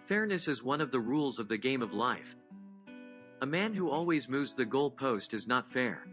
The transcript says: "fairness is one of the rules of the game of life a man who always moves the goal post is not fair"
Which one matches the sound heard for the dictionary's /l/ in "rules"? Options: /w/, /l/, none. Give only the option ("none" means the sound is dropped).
/l/